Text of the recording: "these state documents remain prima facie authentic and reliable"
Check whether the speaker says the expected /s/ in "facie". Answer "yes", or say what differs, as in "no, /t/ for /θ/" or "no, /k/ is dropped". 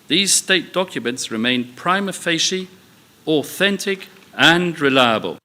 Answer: no, /ʃ/ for /s/